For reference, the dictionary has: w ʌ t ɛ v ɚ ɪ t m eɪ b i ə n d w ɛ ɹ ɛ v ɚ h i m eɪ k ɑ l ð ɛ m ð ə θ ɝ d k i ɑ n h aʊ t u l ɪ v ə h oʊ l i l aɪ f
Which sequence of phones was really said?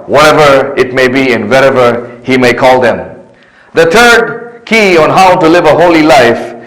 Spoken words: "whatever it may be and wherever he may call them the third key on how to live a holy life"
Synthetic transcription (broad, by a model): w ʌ t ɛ v ɚ ɪ t m eɪ b i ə n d w ɛ ɹ ɛ v ɚ h i m eɪ k ɑ l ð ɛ m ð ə t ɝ d k i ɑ n h aʊ t u l ɪ v ə h oʊ l i l aɪ f